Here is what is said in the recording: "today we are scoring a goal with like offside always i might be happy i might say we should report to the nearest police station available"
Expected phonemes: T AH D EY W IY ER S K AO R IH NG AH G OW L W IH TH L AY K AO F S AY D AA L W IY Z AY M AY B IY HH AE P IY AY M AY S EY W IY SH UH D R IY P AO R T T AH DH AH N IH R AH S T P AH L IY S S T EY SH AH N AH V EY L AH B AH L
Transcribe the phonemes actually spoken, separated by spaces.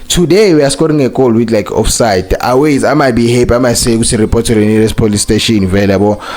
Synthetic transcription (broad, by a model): T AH D EY W IY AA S K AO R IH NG AH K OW L W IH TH L AY K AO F S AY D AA W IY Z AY M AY B IY HH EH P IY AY M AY S EY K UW S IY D R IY P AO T T AH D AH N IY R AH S P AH L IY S S T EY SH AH N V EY L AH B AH